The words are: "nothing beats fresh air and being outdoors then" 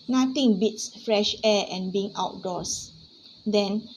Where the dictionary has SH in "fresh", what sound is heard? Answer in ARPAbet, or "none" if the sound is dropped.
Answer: SH